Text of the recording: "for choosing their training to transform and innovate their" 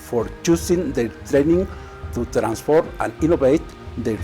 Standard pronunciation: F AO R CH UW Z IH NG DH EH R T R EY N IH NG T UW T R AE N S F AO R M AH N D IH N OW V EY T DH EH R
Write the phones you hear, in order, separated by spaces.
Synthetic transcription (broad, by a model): F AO R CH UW S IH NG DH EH T R EY N IH NG T UW T R AE N S F AO R M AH N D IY N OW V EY T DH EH